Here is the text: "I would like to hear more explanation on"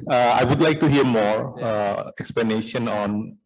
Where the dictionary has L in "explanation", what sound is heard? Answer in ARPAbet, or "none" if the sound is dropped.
L